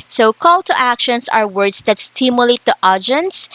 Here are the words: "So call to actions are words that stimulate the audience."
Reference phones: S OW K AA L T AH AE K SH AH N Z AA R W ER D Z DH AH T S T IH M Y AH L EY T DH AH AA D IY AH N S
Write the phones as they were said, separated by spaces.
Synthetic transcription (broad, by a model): S OW K AA L T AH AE K SH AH N S AA R W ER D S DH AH T S T IH M Y AH L EY T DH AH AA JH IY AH N S